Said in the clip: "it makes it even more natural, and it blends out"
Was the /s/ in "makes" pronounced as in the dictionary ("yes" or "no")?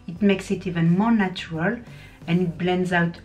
yes